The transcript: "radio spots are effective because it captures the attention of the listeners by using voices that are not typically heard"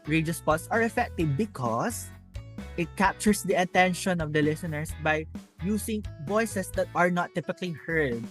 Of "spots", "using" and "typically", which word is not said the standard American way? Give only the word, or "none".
using